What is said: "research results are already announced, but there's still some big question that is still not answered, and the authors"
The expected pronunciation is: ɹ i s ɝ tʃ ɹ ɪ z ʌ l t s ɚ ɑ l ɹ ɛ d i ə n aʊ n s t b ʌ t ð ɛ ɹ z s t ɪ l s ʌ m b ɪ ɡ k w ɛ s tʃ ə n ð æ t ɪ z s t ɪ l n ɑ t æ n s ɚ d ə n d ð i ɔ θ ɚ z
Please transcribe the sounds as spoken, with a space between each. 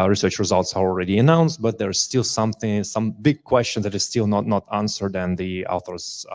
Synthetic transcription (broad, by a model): ɹ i s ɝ tʃ ɹ ɪ z ʌ l t s ɚ ɑ l ɹ ɛ d i ə n aʊ n s t b ʌ t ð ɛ ɹ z s t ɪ l s ʌ m b ɪ ɡ k w ɛ s tʃ ə n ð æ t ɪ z s t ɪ l n ɑ t æ n s ɚ d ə n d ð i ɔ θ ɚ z